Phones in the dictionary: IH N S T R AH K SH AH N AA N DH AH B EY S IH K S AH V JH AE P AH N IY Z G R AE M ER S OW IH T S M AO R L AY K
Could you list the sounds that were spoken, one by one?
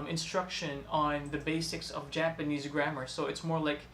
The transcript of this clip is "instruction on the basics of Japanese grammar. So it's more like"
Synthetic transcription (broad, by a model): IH N S T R AH K SH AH N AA N DH AH B EY S IH K S AH V JH AE P AH N IY Z G R AE M ER S OW IH T S M AO R L AY K